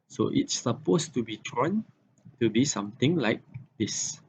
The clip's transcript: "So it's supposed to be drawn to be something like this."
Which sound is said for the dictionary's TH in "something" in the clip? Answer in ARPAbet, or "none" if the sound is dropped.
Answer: T